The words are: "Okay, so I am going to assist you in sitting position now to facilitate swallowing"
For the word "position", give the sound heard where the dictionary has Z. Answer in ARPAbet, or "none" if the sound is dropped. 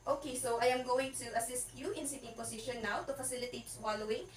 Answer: S